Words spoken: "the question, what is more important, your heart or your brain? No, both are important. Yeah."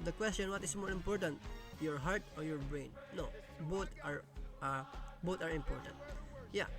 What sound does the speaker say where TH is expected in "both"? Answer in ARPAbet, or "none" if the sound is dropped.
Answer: T